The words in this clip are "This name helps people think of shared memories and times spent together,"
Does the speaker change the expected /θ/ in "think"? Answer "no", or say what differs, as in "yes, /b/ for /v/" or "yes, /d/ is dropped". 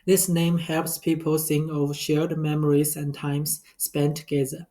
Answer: yes, /s/ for /θ/